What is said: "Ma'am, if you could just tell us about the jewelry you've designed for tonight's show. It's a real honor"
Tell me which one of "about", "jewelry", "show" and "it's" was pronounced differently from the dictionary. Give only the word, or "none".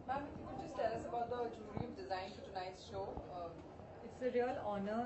jewelry